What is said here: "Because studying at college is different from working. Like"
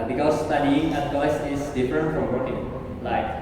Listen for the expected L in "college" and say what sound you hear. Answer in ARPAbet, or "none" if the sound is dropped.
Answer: none